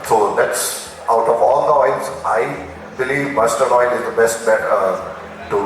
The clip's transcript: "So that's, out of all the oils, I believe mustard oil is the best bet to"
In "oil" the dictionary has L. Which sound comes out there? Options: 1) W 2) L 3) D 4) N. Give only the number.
4